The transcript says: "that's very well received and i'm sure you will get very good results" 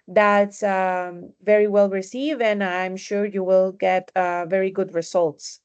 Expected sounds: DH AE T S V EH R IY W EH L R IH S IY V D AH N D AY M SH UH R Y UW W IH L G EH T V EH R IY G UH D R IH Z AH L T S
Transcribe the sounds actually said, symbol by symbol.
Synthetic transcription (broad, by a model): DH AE T S V EH R IY W EH L R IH S IY V AH N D AY M SH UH R Y UW W IH L G EH T V EH R IY G UH D R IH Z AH L T S